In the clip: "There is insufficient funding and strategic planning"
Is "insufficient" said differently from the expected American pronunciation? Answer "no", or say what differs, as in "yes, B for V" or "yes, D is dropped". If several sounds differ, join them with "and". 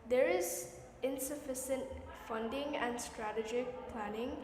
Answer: yes, S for SH